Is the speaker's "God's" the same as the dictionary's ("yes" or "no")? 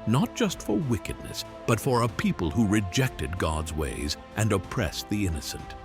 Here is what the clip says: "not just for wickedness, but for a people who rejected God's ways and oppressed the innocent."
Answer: yes